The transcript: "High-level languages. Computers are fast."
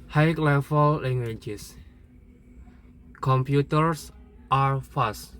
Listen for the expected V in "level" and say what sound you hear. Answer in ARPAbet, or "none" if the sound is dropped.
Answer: F